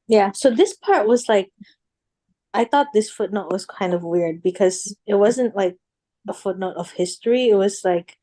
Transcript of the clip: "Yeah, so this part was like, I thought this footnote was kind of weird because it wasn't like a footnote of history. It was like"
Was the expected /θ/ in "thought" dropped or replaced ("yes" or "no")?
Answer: no